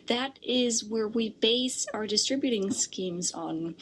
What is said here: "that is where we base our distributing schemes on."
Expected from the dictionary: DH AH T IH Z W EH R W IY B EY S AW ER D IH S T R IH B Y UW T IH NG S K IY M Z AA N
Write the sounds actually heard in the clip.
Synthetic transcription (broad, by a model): DH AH T IH Z W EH R W IY B EY S AW ER D IH S T R IH B Y UW T IH NG S K IY M Z N